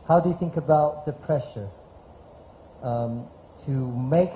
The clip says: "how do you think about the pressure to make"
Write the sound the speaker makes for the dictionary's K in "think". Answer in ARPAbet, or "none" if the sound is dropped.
K